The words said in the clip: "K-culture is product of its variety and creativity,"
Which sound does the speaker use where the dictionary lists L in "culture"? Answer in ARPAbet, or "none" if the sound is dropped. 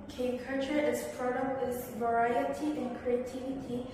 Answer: none